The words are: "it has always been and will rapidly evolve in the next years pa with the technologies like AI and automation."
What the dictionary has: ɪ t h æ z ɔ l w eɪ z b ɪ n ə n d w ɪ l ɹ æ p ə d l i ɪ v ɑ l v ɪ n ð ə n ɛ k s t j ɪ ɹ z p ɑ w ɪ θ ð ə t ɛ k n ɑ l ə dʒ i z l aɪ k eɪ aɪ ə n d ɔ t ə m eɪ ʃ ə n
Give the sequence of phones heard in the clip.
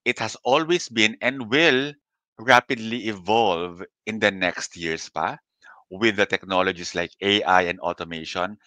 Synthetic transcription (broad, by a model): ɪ t h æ s ɔ l w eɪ s b ɪ n ə n d w ɪ l ɹ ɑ p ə d l i ɪ v ɑ l v ɪ n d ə n ɛ k s t j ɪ ɹ s p ɑ w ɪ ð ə t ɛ k n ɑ l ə dʒ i s l aɪ k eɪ aɪ ə n d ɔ t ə m eɪ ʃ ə n